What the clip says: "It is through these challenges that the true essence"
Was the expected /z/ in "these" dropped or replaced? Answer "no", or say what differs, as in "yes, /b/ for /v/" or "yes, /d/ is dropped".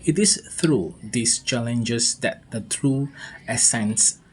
yes, /s/ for /z/